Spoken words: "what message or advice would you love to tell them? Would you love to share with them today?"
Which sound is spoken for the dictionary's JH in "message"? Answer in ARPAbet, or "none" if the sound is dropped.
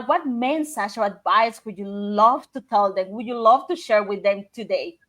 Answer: CH